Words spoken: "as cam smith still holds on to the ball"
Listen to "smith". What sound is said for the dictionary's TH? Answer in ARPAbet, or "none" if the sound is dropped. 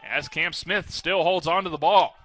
TH